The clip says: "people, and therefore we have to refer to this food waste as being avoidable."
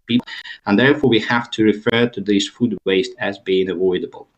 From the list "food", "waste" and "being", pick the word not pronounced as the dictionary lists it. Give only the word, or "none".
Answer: none